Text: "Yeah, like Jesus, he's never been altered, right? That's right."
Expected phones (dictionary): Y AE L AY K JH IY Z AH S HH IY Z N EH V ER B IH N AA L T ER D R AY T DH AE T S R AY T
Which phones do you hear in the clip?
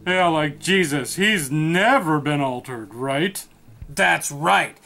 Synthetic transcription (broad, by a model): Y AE L AY K JH IY Z AH S HH IY Z N EH V ER B IH N AA L T ER D R AY T DH AE T S R AY T